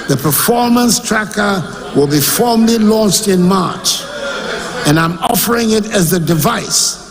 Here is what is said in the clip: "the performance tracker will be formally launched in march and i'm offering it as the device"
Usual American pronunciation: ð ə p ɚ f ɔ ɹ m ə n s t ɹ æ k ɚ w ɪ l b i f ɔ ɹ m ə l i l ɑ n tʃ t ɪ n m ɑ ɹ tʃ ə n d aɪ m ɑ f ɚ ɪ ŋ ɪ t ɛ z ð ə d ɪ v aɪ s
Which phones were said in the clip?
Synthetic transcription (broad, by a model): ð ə p ɚ f ɔ ɹ m ə n s t ɹ æ k ɚ w ɪ l b i f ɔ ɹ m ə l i l ɑ n tʃ t ɪ n m ɑ ɹ tʃ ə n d aɪ m ɑ f ɚ ɪ ŋ ɪ t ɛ z ð ə d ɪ v aɪ s